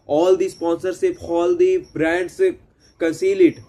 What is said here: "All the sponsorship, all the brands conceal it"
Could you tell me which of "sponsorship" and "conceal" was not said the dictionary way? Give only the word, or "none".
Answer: sponsorship